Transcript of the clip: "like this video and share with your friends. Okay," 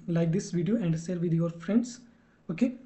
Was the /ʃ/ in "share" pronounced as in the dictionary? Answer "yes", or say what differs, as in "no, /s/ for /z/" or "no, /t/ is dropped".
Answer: no, /s/ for /ʃ/